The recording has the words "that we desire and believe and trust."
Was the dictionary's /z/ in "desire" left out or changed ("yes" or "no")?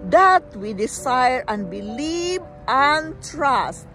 yes